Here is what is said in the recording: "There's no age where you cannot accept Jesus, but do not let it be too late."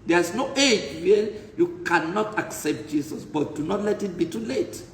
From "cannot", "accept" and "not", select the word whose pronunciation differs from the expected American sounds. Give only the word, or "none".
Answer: none